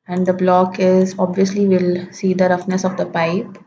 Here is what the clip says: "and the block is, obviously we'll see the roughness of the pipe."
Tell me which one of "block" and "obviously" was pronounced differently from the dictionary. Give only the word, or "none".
none